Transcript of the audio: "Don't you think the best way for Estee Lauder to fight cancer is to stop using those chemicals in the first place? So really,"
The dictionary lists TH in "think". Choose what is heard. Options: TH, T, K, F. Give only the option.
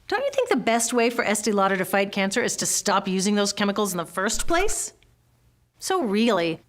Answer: TH